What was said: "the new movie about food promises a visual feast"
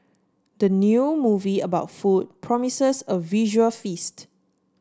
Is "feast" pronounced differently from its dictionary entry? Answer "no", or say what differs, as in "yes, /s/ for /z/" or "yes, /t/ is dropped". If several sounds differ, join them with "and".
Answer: no